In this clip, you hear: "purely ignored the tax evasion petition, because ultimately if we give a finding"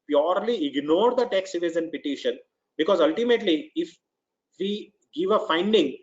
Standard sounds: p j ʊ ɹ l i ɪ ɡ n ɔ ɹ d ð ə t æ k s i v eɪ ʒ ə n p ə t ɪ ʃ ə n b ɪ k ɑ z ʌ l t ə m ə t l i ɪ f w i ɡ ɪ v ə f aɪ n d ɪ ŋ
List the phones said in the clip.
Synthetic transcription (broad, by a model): p j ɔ ɹ l i ɪ ɡ n ɔ ɹ d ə t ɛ k s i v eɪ z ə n p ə t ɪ ʃ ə n b ɪ k ɑ z ʌ l t ə m ə t l i ɪ f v i ɡ ɪ v ə f aɪ n d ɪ ŋ